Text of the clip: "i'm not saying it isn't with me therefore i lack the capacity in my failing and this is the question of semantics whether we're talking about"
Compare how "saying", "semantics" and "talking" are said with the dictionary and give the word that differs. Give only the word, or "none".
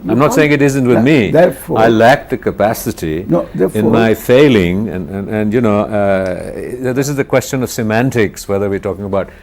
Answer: none